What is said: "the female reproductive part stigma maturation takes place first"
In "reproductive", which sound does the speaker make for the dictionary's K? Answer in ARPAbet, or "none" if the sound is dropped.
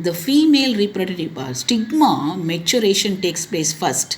none